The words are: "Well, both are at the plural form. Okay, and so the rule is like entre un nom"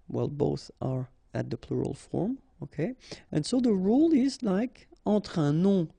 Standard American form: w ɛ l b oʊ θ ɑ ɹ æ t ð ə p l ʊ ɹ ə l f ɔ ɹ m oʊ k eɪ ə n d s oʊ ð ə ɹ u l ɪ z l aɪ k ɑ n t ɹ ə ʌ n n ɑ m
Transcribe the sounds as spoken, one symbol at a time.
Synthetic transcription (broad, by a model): w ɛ l b oʊ θ ɑ ɹ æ t ð ə p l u ɹ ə l f ɔ ɹ m oʊ k eɪ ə n s oʊ ð ə ɹ u l ɪ z l aɪ k ɑ t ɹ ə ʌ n n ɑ